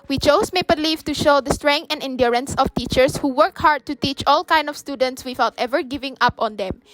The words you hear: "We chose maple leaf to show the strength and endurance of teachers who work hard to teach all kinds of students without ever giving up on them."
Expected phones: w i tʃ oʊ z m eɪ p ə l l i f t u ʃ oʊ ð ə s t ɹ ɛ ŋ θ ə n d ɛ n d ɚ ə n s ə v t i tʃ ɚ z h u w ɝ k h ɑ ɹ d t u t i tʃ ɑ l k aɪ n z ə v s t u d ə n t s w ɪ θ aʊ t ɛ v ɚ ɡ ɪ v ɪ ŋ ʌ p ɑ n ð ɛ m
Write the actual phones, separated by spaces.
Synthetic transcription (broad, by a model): w i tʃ oʊ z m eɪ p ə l l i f t u ʃ oʊ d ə s t ɹ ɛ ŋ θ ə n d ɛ n d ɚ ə n s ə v t i tʃ ɚ s h u w ɝ k h ɑ ɹ d t u t i tʃ ɑ l k aɪ n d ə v s t u d ə n t s w ɪ θ aʊ t ɛ v ɚ ɡ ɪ v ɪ ŋ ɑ p ɑ n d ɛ m